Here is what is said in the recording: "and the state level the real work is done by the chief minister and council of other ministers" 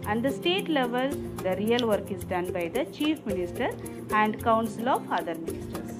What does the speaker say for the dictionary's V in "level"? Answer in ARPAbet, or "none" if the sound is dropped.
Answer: V